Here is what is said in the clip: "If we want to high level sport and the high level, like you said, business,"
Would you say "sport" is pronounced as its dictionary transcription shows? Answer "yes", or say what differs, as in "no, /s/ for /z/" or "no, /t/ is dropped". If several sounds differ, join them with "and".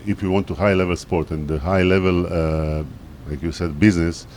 yes